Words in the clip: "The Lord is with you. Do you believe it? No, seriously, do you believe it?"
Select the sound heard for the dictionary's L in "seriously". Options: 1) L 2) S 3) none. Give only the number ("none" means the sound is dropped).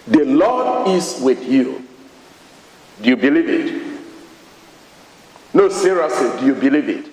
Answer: 3